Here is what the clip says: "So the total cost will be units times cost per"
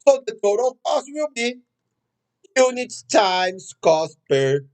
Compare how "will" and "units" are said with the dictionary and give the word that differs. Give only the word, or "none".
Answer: units